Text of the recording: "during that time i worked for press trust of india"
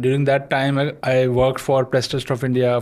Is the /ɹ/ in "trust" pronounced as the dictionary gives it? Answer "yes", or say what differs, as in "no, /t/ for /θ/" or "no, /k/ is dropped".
no, /ɹ/ is dropped